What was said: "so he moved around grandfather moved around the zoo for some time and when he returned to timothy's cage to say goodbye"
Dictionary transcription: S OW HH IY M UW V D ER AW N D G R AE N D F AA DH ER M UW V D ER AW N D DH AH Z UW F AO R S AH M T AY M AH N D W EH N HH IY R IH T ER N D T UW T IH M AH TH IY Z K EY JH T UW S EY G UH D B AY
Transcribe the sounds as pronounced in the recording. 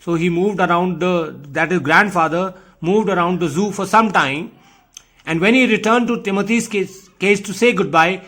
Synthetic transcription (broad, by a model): S OW HH IY M UW V D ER AW N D G R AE N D F AA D ER M UW V D ER AW N D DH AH Z UW F AO R S AH M T AY M AH N D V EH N HH IY R IH T ER N D T UW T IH M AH T IY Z K EY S T UW S EY G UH D B AY